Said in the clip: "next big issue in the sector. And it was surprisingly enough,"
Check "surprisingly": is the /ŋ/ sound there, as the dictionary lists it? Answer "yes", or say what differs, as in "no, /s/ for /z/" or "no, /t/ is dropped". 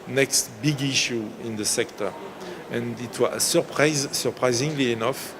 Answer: yes